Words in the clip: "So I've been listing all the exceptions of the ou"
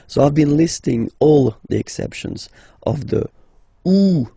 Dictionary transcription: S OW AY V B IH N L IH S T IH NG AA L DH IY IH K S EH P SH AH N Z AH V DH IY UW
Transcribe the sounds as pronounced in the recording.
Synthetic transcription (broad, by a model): S OW AY V B IH N L IH S T IH NG AA L DH IY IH K S EH P SH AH N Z AH V DH IY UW